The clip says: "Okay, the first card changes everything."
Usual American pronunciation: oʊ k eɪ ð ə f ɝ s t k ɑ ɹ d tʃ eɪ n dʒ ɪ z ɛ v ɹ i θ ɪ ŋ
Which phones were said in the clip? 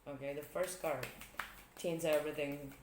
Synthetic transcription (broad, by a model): oʊ k eɪ ð ə f ɝ s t k ɑ ɹ d tʃ eɪ n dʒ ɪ ɛ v ɹ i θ ɪ ŋ